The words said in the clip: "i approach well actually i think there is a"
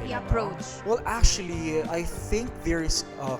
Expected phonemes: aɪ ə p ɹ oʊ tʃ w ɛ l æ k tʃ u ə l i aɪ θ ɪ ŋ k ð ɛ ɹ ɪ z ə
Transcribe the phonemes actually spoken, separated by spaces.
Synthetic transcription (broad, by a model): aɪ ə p ɹ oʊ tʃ w ɛ l æ k tʃ u ə l i aɪ θ ɪ ŋ k ð ɛ ɹ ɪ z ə